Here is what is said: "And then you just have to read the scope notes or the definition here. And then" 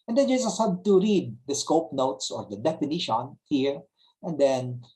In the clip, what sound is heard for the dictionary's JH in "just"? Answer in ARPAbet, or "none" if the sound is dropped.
Z